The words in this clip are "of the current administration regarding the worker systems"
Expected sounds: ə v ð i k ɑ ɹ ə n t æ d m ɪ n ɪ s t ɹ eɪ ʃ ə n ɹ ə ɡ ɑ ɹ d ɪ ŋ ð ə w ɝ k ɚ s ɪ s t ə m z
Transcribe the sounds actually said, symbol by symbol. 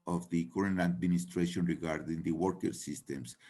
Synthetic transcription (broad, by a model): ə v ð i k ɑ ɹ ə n æ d m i n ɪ s t ɹ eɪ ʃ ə n ɹ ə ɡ ɑ ɹ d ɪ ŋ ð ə w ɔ k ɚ s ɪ s t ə m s